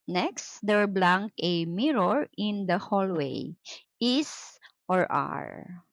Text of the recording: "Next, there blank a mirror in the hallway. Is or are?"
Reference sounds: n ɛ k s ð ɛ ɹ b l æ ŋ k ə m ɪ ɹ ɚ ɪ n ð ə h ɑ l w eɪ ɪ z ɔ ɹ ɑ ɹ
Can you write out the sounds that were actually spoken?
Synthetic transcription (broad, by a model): n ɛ k s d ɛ ɹ b l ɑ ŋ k ə m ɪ ɹ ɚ ɪ n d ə h ɑ l w eɪ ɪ s ɔ ɹ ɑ ɹ